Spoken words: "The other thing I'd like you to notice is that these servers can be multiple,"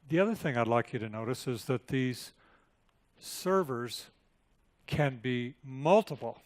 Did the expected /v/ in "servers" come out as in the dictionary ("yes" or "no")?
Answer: yes